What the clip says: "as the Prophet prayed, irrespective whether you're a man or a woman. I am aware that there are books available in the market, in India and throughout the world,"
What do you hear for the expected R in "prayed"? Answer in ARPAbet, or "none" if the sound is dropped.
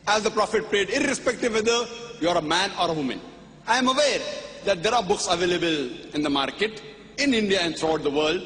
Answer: R